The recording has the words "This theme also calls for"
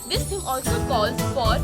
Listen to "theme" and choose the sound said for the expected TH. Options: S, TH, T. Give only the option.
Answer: T